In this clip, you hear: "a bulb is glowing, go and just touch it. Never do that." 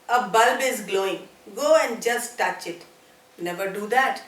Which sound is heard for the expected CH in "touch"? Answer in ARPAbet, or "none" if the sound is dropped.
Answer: CH